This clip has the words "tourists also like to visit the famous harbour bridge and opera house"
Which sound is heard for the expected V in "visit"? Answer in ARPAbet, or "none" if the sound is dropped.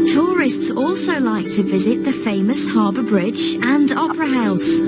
V